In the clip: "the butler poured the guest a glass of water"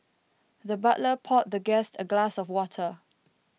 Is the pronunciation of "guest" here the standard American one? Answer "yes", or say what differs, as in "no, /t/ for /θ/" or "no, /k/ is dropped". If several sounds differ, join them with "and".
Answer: yes